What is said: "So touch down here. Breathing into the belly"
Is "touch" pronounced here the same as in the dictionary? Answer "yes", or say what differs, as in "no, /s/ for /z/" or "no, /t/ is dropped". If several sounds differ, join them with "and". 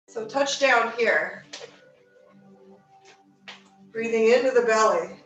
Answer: yes